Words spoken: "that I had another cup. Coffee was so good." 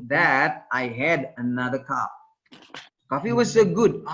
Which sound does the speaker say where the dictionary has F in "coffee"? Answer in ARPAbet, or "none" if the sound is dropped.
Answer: F